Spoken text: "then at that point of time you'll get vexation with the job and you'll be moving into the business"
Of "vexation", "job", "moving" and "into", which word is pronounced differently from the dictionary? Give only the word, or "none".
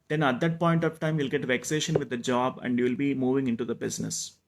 none